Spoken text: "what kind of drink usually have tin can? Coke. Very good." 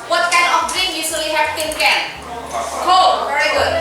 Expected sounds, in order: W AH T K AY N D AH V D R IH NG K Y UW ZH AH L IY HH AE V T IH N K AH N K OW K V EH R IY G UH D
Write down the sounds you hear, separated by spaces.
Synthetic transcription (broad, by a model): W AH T K AY N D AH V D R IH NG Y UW S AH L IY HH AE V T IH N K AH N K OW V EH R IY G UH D